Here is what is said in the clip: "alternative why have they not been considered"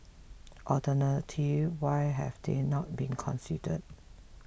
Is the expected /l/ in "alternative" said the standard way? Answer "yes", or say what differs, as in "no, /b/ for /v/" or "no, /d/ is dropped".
no, /l/ is dropped